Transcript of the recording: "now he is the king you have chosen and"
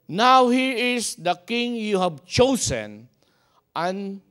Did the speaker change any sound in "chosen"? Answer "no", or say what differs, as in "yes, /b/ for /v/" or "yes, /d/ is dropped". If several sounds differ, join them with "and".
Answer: yes, /s/ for /z/